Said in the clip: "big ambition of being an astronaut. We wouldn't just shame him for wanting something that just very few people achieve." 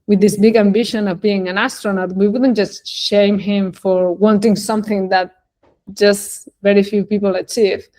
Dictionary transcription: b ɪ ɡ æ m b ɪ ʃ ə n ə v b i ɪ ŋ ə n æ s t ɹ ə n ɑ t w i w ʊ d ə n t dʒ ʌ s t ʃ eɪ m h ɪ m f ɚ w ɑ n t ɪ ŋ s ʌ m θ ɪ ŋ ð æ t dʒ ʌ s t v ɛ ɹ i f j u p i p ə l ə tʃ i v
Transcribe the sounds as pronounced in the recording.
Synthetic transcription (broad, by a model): b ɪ ɡ æ m b ɪ ʃ ə n ə v b i ɪ ŋ ə n æ s t ɹ ə n ɑ t w i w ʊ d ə n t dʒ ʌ s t ʃ eɪ m h ɪ m f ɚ w ɑ n t ɪ ŋ s ʌ m θ ɪ ŋ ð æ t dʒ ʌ s t v ɛ ɹ i f j u p i p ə l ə tʃ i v